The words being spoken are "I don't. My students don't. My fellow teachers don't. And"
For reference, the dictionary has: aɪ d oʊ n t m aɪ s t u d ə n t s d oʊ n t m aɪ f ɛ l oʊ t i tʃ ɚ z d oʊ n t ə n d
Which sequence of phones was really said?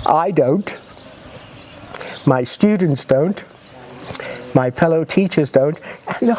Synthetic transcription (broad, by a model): aɪ d oʊ n t m aɪ s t u d n t s d oʊ n t m aɪ f ɛ l oʊ t i tʃ ɚ z d oʊ n t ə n